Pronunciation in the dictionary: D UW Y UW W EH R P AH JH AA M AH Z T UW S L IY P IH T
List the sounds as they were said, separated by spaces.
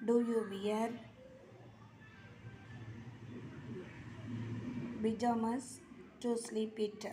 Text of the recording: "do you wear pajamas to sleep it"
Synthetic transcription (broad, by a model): D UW Y UW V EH R B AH JH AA M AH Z T UW S L IY P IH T